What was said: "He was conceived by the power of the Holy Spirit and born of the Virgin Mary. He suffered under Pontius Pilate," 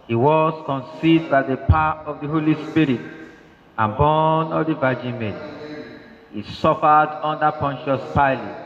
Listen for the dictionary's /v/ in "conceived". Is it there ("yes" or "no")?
no